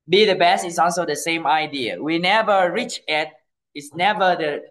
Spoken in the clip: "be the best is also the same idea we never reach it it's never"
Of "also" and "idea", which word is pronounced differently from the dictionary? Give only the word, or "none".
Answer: none